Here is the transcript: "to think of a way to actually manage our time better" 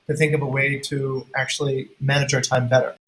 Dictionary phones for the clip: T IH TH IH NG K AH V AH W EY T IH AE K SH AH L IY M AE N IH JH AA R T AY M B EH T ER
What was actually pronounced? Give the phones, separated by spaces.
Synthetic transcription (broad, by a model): T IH TH IH NG K AH V AH W EY T IH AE K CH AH L IY M AE N IH JH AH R T AY M B EH T ER